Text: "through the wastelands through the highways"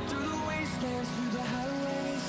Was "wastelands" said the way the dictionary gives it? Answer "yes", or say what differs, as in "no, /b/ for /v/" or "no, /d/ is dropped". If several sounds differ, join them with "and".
no, /l/ is dropped